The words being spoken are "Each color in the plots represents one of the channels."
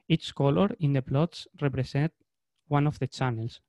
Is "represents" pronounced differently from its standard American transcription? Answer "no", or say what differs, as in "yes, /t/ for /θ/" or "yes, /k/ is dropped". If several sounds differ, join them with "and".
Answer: yes, /s/ is dropped